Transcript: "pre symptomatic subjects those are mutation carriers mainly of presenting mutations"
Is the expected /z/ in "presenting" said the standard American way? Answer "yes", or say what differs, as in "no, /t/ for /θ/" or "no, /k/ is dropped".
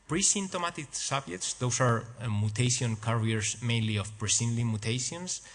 no, /s/ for /z/